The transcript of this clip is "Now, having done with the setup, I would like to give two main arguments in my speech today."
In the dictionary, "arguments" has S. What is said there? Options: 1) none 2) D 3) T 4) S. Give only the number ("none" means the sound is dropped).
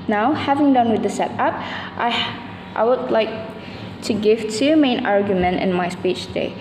1